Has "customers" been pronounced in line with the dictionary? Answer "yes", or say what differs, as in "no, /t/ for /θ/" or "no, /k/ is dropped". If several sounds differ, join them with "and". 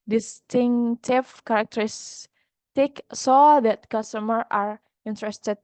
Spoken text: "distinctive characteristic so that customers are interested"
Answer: no, /z/ is dropped